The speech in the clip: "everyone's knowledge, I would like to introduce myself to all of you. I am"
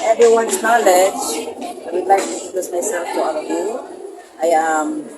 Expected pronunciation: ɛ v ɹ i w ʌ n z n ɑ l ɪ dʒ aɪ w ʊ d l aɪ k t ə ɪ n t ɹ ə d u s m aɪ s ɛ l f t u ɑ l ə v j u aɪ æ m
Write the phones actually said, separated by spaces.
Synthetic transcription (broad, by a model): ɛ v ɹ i w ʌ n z n ɑ l ɪ dʒ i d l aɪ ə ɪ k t ə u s m aɪ s ɛ l f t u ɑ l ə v j u aɪ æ m